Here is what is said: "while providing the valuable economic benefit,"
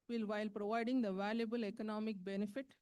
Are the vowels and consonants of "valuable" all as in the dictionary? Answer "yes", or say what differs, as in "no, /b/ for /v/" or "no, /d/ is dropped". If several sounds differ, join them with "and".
yes